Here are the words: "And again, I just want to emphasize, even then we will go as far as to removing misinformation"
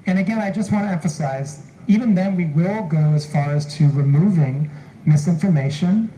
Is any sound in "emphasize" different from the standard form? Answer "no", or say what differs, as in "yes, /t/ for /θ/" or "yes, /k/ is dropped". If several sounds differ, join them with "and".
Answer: no